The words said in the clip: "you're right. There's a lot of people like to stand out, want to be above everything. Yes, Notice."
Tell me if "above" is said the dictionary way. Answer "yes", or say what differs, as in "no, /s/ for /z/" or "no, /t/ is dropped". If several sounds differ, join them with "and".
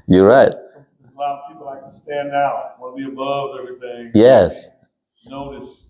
yes